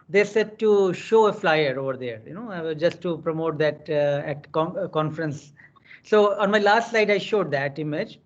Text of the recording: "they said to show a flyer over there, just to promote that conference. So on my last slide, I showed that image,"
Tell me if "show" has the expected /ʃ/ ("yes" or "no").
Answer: yes